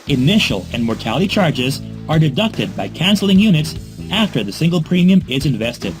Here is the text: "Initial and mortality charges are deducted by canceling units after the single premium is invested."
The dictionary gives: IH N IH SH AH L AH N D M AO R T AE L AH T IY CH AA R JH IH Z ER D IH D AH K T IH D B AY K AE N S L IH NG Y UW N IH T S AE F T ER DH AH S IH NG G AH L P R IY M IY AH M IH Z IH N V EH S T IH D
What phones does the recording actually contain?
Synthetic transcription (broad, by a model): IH N IH SH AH L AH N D M AO R T AE L AH T IY CH AA R JH IH Z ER D IH D AH K T IH D B AY K AE N S L IH NG Y UW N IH T S AE F T ER DH AH S IH NG G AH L P R IY M IY AH M IH Z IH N V EH S T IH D